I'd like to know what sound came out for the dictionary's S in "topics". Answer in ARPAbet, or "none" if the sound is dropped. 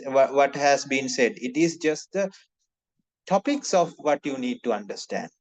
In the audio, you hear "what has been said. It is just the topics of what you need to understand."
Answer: S